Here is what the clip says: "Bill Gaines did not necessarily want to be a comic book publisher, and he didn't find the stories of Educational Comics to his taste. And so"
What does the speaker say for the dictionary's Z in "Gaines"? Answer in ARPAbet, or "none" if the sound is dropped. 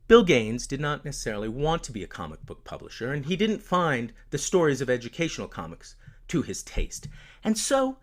Z